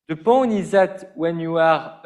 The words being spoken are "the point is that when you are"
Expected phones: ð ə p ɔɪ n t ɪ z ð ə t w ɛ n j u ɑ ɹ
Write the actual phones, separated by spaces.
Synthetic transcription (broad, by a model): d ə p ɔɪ n ɪ z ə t w ɛ n j u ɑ ɹ